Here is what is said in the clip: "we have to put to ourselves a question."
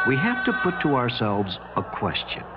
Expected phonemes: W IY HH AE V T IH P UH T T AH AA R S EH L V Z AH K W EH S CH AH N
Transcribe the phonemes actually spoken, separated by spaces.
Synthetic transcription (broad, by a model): W IY HH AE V T IH P UH T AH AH AA R S EH L V Z AH K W EH S CH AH N